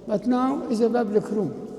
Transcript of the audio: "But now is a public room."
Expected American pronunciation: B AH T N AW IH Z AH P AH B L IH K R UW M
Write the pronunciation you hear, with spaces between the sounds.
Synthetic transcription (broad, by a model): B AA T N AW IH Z AH B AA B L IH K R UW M